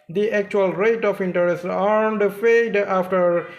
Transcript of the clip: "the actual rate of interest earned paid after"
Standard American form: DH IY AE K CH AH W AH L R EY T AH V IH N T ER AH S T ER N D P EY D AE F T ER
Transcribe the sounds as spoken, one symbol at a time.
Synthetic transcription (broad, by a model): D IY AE K CH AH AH L R EY T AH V IH N T ER AH S T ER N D F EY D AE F T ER